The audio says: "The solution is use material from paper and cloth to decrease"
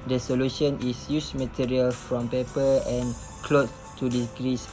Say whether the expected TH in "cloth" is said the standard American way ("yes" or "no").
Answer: no